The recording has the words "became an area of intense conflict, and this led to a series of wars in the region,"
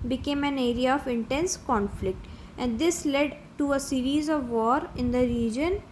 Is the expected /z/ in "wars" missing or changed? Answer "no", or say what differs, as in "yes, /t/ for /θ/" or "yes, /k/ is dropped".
yes, /z/ is dropped